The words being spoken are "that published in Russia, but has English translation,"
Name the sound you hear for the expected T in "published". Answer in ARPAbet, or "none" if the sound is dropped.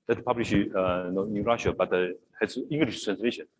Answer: none